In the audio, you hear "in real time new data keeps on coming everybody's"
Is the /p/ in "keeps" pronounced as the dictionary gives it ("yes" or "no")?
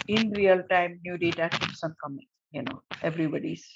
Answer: no